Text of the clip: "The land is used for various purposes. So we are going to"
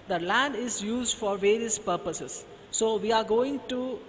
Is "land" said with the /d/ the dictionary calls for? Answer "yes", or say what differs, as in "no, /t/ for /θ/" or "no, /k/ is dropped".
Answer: yes